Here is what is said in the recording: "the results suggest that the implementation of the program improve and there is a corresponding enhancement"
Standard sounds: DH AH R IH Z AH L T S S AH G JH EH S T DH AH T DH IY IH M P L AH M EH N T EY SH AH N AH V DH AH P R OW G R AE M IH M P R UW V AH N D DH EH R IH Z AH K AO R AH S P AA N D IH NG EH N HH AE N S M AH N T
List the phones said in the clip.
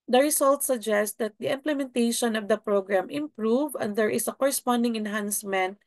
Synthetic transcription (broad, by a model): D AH R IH S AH L T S S AH G JH EH S T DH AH T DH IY IH M P L AH M EH N T EY SH AH N AH V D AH P R OW G R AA M IH M P R UW V AH N D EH R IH S AH K AO R AH S P AA N D IH NG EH N HH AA N S M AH N T